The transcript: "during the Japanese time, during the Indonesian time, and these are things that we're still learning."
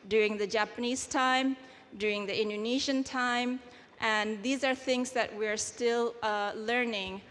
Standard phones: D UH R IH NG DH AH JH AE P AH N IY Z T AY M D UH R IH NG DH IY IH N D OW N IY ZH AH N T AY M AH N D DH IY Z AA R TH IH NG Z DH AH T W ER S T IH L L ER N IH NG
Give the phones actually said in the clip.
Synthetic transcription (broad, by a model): D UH R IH NG DH AH JH AE P AH N IY Z T AY M D UH R IH NG DH IY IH N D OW N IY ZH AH N T AY M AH N DH IY Z AA R TH IH NG Z DH AH T W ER S T IH L L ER N IH NG